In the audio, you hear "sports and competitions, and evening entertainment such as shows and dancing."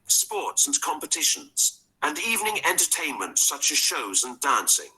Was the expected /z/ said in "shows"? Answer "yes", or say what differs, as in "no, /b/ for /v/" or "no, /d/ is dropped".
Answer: yes